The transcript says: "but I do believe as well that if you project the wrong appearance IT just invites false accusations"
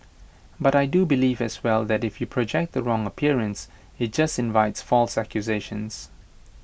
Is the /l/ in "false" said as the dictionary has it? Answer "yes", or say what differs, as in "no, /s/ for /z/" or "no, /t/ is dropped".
yes